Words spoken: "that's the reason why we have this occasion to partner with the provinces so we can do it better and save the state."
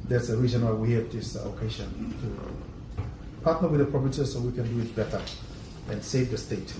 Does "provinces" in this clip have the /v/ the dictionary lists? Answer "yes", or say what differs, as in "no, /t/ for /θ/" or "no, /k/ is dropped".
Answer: no, /p/ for /v/